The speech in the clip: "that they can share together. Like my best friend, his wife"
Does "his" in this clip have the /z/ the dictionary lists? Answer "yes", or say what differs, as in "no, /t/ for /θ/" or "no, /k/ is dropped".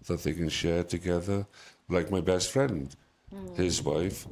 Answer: yes